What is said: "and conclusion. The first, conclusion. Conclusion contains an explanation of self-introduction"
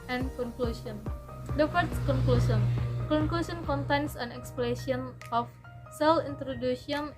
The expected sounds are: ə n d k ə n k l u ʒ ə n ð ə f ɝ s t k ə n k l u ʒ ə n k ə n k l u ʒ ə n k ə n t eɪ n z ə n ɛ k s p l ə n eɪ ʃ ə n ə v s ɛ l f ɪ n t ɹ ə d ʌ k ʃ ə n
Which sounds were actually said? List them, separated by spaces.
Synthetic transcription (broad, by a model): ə n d k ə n k l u s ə n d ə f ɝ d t k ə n k l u s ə n k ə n k l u s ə n k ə n t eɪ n s ə n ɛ k s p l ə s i ə n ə f s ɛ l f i n t ɹ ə d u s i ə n